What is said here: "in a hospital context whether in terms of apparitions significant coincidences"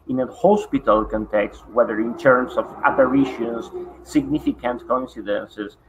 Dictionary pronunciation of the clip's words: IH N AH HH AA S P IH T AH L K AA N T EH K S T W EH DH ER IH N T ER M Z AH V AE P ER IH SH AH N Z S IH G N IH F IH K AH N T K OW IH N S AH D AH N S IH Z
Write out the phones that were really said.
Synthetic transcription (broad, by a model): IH N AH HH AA S P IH T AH L K AA N T EH K S T W EH DH ER IH N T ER M S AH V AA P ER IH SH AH N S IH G N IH F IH K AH N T K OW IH N S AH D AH N S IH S